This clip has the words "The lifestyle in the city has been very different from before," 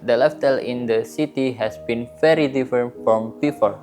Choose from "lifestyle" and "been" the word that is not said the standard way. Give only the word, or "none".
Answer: lifestyle